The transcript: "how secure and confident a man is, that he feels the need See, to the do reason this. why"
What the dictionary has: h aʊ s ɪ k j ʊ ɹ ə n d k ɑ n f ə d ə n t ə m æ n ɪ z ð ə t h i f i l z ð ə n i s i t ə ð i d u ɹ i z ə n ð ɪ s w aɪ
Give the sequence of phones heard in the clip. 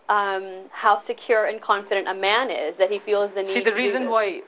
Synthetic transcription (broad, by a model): h aʊ s ɪ k j ʊ ɹ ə n k ɑ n f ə d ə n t ə m æ n ɪ z ð ə t h i f i l z ð ə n s i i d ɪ ɹ i z ə n w aɪ